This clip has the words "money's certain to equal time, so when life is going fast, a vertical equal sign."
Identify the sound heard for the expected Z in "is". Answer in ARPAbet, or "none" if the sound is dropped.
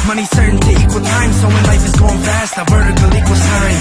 S